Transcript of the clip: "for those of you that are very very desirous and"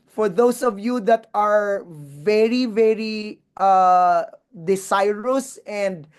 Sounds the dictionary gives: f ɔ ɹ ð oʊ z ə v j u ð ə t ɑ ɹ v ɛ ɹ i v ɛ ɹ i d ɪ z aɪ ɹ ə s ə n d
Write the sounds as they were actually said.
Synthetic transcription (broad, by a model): f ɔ ɹ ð oʊ s ə v j u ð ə t ɑ ɹ v ɛ ɹ i v ɛ ɹ i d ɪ s aɪ ɹ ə s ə n d